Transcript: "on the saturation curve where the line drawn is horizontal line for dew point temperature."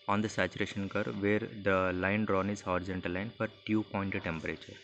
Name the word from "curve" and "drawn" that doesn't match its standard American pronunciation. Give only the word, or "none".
none